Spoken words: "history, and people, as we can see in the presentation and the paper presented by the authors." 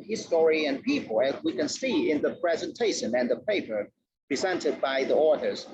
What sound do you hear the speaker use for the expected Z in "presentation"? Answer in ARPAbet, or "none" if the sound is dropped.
Z